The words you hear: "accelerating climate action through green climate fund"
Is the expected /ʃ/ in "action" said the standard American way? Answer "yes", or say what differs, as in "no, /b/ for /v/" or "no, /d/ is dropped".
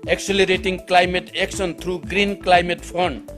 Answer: no, /s/ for /ʃ/